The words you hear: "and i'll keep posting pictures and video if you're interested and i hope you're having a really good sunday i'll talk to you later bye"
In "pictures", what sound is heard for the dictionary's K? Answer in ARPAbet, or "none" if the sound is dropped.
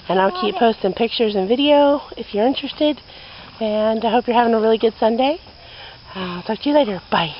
K